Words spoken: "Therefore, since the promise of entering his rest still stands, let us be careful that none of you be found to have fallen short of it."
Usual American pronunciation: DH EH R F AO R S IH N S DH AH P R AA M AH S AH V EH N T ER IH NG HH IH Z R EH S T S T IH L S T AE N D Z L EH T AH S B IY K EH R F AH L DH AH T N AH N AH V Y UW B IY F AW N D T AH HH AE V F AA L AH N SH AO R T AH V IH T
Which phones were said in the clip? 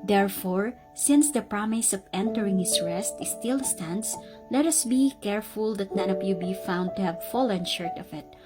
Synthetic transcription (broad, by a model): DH EH R F AO R S IH N S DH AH P R AA M AH S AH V EH N T ER IH NG HH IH S R EH S T S T IH L S T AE N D S L EH T AH S B IY K EH R F AH L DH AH T N AH N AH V Y UW B IY F AW N D T AH HH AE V F AA L AH N SH AO R T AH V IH T